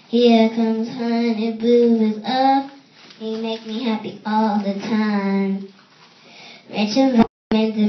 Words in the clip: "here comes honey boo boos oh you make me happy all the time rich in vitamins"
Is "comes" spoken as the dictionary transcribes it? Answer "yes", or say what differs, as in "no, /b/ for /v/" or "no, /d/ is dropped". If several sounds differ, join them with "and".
yes